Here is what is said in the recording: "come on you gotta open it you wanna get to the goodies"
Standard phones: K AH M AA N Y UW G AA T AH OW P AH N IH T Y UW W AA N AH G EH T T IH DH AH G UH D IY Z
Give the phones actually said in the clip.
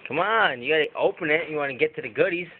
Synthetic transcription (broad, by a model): K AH M AA N Y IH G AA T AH OW P AH N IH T Y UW W AA N AH G EH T T IH DH AH G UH D IY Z